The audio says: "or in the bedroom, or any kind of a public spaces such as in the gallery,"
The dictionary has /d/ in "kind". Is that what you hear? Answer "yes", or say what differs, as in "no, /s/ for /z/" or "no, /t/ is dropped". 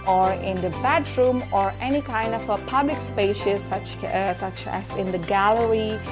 yes